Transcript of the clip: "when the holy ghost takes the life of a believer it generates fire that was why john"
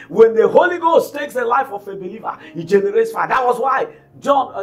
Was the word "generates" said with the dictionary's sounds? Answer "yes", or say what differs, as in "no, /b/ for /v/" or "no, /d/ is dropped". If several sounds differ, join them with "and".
yes